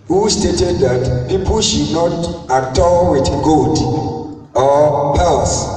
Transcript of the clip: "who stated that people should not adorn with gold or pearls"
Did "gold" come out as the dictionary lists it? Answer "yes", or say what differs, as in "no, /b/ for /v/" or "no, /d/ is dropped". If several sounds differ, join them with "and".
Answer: no, /l/ is dropped